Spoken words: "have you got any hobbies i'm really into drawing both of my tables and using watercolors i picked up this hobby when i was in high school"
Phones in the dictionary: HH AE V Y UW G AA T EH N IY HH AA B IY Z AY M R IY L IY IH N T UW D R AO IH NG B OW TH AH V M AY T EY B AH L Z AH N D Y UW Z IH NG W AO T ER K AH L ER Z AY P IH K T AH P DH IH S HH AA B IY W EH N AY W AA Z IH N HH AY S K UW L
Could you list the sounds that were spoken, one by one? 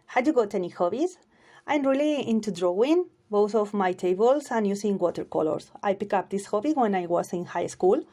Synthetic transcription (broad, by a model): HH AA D Y UW G AA T EH N IY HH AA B IY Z AY M R IY L IY IH N T UW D R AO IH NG B OW TH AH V M AY T EY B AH L S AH N Y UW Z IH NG W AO T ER K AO L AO S AY P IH K AH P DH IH S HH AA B IY W EH N AY W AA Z IH N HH AY S K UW L